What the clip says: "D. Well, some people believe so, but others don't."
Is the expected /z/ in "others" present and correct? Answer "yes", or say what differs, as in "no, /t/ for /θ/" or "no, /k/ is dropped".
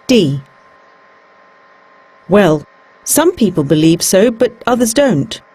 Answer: yes